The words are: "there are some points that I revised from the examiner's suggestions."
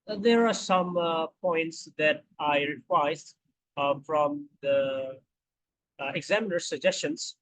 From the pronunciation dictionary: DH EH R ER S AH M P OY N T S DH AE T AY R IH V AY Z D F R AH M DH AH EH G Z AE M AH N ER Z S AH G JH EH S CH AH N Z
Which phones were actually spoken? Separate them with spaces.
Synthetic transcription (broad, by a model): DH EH R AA S AH M P OY N T S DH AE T AY R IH W AY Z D F R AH M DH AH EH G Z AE M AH N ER S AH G JH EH S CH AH N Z